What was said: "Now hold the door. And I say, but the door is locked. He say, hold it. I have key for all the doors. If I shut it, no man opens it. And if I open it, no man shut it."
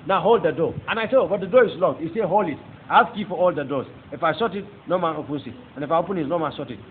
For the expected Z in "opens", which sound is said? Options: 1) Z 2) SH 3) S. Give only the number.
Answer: 3